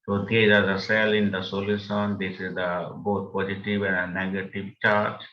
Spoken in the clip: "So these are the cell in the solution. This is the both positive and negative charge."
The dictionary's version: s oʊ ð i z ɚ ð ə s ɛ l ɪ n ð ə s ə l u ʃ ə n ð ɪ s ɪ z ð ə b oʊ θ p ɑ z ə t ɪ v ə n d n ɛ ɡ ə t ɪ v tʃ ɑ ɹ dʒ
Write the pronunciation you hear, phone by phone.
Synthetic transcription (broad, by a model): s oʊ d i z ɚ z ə s ɛ l ɪ n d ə s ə l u s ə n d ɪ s ɪ z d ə b oʊ t p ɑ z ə t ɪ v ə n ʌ n ɛ ɡ ə t ɪ v tʃ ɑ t